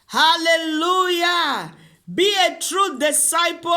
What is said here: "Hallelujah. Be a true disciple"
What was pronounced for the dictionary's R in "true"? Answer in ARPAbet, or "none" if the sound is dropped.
R